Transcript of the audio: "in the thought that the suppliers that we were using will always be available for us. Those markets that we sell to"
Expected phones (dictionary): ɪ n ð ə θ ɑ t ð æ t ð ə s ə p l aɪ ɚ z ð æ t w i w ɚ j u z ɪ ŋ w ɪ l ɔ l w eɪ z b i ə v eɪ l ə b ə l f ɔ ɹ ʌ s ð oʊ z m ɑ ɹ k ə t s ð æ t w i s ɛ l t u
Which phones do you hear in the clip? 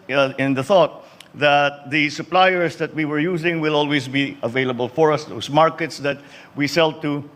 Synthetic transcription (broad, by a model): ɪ n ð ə θ ɑ t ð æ t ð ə s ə p l aɪ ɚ s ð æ t w i w ɚ j u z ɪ ŋ w ɪ l ɔ l w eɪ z b i ə v eɪ l ə b ə l f ɔ ɹ ʌ s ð oʊ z m ɑ ɹ k ə t s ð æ t w i s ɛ l t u